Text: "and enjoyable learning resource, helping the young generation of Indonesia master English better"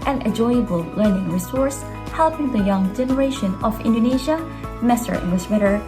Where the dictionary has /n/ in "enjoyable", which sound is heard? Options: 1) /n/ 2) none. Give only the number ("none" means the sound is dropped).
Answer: 2